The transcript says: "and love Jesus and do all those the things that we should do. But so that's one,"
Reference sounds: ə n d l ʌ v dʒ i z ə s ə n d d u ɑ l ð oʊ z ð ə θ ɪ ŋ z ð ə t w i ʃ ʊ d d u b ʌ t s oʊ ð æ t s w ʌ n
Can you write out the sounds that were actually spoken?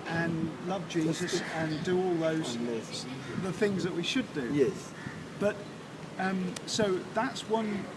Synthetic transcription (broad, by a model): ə n l ʌ v dʒ i z ə s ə n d d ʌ ɑ l ð oʊ z ð ə θ ɪ ŋ z ð ə t w i ʃ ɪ d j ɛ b ʌ t s oʊ ð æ t s w ʌ n